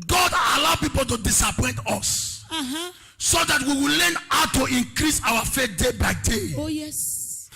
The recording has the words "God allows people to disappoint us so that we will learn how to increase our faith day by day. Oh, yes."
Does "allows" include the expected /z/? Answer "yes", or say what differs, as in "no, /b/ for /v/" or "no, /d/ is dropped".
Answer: no, /z/ is dropped